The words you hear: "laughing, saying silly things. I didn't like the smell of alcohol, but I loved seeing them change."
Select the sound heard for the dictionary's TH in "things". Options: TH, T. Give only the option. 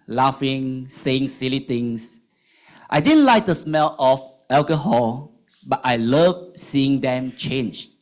T